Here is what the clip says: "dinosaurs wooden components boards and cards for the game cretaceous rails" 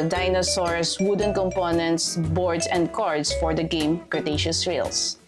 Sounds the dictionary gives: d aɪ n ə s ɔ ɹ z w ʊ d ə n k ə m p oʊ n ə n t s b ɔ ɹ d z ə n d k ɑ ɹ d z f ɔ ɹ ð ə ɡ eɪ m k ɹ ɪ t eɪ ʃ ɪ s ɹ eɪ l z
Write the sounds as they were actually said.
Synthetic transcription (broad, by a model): d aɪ n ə s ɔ ɹ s w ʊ d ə n k ə m p oʊ n ə n t s b ɔ ɹ d s ə n d k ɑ ɹ d s f ɔ ɹ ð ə ɡ eɪ m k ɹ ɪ t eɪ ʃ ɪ s ɹ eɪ l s